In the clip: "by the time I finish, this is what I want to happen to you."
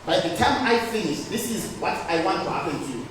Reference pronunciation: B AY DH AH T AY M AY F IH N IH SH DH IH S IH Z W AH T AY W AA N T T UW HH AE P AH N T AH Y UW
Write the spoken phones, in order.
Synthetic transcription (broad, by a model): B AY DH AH T AY M AY F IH N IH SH DH IH S IH Z W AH T AY W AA N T T UW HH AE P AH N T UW